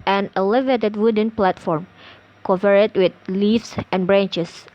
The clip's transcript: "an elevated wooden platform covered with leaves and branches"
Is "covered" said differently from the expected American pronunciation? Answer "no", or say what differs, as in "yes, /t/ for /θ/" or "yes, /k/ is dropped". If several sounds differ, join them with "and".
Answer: yes, /p/ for /v/